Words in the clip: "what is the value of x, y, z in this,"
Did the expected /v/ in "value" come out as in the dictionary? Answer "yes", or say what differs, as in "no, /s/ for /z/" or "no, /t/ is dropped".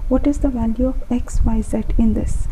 yes